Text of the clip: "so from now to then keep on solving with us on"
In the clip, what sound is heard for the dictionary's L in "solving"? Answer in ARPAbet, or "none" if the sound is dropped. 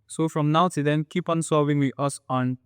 none